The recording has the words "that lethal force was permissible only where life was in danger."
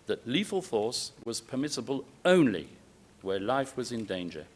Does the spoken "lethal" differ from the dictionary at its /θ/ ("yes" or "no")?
yes